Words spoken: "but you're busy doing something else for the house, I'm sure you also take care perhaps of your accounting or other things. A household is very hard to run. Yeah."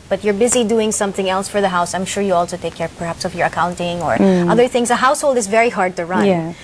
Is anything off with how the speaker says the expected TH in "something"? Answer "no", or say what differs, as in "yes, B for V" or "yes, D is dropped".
no